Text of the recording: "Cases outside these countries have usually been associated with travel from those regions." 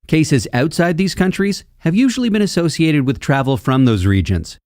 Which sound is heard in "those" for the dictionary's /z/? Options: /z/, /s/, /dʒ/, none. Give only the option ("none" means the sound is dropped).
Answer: /z/